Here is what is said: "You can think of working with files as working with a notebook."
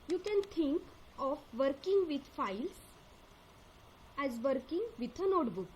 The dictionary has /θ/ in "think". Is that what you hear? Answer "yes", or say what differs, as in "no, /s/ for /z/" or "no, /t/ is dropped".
no, /t/ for /θ/